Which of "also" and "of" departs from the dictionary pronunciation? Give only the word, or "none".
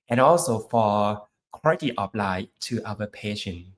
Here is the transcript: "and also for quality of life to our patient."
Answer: of